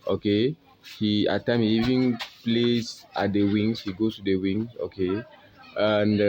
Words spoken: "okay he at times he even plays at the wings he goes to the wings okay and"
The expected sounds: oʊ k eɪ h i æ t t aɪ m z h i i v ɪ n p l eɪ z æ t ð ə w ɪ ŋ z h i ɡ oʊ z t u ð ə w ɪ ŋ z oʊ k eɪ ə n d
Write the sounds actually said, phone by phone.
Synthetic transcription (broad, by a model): oʊ k eɪ h i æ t t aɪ m h i i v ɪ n p l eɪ s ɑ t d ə w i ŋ s h i ɡ oʊ s t u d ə w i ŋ s oʊ k eɪ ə n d